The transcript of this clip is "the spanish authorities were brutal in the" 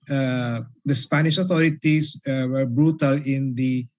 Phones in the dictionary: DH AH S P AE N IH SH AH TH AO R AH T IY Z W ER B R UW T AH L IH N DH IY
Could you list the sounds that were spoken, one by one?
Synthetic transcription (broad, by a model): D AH S P AE N IH SH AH T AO R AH T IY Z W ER B R UW T AH L IH N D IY